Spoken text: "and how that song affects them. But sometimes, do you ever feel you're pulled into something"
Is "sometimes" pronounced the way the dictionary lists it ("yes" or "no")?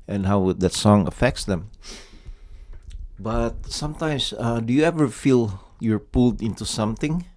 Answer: no